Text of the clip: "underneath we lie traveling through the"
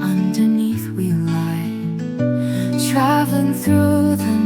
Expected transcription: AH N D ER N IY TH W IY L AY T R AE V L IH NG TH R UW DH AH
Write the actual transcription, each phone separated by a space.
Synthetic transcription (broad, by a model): AH N D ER N IY TH W IY L AY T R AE V L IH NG TH R UW DH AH